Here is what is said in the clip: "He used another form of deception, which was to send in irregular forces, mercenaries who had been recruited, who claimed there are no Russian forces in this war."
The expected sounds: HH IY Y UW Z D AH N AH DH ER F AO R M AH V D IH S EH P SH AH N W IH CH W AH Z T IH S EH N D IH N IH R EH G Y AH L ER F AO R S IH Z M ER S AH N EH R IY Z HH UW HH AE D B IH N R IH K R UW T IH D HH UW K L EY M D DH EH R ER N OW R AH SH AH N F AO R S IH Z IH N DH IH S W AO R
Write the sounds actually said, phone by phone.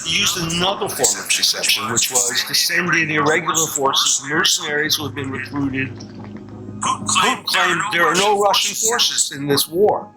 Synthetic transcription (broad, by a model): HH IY Y UW Z D AH N AH DH ER F AO R M AH V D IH S EH P SH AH N W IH CH W AH Z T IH S EH N D IH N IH R EH G Y L ER F AO R S IH Z M ER S AH N EH R IY Z HH UW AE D B IH N R IH K R UW T IH D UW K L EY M DH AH R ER N OW R AH SH AH N F AO R S IH Z IH N DH IH S W AO R